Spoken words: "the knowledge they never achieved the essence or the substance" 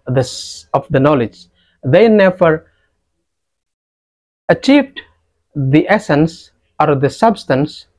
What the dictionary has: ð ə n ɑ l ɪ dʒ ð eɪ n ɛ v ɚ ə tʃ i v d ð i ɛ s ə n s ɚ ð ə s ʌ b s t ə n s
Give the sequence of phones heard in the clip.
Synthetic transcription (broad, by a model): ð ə n ɑ l ɪ dʒ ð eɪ n ɛ v ɚ ə tʃ i v d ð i ɛ s ə n s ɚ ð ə s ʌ b s t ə n s